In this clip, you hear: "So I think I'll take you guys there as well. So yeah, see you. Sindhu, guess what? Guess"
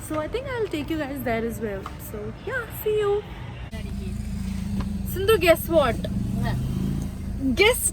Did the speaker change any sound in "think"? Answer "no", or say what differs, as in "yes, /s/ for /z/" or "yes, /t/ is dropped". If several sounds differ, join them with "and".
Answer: yes, /t/ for /θ/